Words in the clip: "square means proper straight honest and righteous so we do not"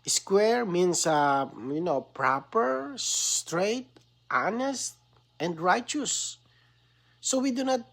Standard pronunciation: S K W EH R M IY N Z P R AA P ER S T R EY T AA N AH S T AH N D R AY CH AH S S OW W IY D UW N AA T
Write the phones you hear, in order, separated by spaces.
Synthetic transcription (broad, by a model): S K W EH R M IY N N P R AA P ER S T R EY T AA N AH S T AH N D R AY CH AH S S OW W IY D UW N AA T